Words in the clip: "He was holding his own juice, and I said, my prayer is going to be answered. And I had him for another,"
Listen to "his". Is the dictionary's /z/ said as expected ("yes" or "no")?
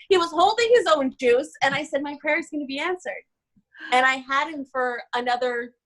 yes